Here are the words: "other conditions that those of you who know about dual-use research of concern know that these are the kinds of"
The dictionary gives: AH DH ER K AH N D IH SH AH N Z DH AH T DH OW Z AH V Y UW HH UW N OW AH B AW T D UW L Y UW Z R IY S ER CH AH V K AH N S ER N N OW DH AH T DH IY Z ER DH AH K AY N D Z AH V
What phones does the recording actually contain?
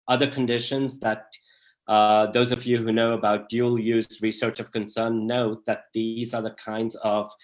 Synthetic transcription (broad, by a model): AH DH ER K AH N D IH SH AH N Z DH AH T DH OW Z AH V Y UW HH UW N OW AH B AW T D UW L Y UW Z R IY S ER CH AH V K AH N S ER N N OW DH AH T DH IY Z ER DH AH K AY N D Z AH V